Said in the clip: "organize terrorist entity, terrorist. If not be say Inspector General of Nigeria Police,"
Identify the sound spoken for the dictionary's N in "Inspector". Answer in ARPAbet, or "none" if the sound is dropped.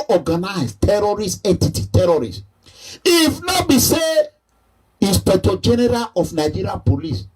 none